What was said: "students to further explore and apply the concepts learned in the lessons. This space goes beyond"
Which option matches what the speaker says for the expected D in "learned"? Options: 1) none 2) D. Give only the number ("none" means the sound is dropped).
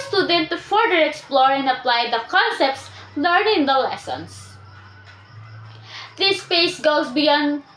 1